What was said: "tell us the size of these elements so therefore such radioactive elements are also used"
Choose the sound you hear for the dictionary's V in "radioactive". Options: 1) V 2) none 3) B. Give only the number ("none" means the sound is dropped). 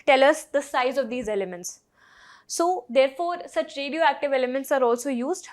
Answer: 1